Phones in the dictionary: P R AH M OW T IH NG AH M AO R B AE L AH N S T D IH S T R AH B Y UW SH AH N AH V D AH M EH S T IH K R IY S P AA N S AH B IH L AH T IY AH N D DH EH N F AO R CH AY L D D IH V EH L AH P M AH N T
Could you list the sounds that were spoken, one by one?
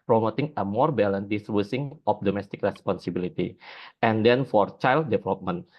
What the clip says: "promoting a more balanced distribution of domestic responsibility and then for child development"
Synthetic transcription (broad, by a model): P R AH M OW T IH NG AH M AO R B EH L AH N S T D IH S T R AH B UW S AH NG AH P D AH M EH S T IH K R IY S P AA N S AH B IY L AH T IY AH N D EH N F AO R CH AY L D D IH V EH L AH P M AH N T